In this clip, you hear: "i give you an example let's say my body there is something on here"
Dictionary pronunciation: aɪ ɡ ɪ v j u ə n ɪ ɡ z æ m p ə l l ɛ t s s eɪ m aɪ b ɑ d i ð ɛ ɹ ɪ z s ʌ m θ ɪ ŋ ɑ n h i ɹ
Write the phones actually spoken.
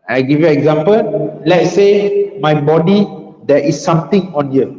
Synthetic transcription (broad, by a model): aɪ ɡ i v j u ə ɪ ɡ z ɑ m p ə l l ɛ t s s eɪ m aɪ b ɑ d i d ɛ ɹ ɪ s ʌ m t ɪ ŋ ɑ n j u